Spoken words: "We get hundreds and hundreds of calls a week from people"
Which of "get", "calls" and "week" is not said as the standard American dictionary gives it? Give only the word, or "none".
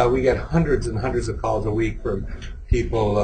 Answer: none